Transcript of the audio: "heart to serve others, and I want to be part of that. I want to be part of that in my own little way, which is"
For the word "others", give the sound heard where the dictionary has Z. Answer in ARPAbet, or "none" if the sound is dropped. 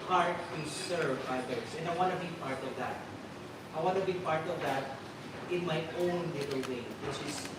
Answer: S